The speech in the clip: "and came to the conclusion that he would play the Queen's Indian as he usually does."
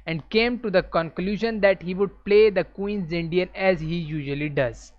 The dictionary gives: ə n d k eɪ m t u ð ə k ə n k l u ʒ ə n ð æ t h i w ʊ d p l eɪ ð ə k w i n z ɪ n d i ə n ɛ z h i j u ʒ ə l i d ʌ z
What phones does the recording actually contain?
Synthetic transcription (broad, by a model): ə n d k eɪ m t u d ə k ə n k l u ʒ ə n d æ t h i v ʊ d p l eɪ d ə k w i n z ɪ n d i ə n ɛ z h i j u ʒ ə l i d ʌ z